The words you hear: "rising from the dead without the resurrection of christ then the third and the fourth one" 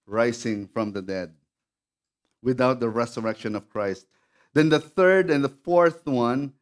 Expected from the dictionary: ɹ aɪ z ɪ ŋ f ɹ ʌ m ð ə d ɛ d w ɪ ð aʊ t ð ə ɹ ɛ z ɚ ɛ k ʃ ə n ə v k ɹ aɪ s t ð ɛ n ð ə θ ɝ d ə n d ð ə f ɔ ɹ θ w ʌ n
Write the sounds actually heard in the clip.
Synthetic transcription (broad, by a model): ɹ aɪ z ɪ ŋ f ɹ ʌ m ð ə d ɛ d w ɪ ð aʊ t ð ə ɹ ɛ s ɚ ɛ k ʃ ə n ə v k ɹ aɪ s t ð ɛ n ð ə θ ɝ d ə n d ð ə f ɔ ɹ θ w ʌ n